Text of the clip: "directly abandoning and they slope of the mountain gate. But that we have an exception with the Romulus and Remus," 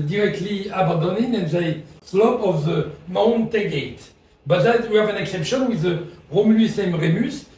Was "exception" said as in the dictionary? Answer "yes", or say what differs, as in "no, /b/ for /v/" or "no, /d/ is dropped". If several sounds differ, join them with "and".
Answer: yes